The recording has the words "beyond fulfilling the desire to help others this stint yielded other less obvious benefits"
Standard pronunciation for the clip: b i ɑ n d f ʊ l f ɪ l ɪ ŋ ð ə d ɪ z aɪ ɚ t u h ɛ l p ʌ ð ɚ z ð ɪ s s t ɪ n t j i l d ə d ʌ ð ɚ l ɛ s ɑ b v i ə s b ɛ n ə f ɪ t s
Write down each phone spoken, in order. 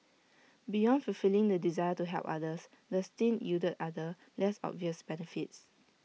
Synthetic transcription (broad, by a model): b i ɑ n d f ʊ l f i l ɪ ŋ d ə d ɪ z aɪ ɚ t u h ɛ l p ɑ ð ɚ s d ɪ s s t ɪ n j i d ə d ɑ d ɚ l ɛ s ɑ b v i ə s b ɛ n ə f ɪ t s